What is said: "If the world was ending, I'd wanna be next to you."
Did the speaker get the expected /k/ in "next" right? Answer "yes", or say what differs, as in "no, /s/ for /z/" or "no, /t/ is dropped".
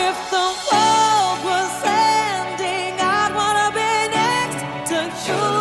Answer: yes